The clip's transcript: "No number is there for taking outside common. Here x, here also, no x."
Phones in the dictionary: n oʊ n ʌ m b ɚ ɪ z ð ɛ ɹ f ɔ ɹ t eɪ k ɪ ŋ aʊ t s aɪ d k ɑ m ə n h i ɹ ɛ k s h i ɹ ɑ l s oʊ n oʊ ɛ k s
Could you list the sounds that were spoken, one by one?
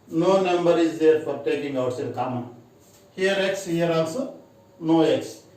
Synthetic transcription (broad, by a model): n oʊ n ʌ m b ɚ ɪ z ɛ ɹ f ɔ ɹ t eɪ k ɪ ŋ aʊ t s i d k ɑ m ə n h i ɹ ɛ k s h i ɹ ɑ n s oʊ n oʊ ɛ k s